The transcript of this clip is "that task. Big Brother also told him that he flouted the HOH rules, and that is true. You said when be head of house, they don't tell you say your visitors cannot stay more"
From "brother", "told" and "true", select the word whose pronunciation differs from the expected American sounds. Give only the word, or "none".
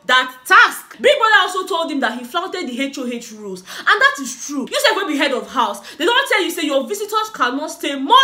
brother